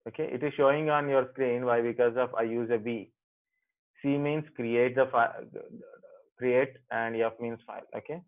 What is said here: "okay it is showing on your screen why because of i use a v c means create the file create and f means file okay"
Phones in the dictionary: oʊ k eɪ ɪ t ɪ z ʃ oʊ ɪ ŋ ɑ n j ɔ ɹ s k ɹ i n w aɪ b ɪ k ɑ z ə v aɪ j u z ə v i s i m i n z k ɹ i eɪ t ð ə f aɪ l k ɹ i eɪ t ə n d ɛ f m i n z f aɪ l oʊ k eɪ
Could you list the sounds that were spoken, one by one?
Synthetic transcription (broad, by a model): oʊ k eɪ ɪ t ɪ z ʃ oʊ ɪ ŋ ɑ n j ɔ ɹ s k ɹ i n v aɪ b ɪ k ɑ z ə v aɪ j u z ə b i s i m i n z k ɹ i eɪ t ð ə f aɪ k ɹ i eɪ t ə n d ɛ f m i n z f aɪ l oʊ k eɪ